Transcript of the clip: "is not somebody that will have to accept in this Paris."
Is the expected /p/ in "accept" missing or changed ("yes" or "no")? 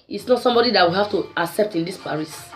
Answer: no